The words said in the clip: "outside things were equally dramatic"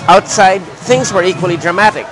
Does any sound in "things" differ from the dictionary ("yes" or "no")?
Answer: no